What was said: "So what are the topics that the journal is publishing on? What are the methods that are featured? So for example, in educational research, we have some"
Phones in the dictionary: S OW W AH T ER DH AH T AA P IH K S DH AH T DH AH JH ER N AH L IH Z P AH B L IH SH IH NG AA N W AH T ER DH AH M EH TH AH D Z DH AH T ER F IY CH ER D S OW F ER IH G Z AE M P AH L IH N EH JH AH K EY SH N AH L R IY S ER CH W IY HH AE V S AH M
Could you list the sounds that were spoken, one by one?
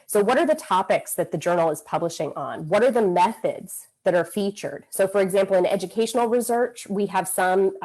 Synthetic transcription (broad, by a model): S OW W AH T ER DH AH T AA P IH K S DH AH T DH AH JH ER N L IH Z P AH B L IH SH IH NG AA N W AH T ER DH AH M EH TH AH D Z DH AH T ER F IY CH ER D S OW F ER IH G Z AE M P L IH N EH JH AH K EY SH N L R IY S ER CH W IY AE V S AH M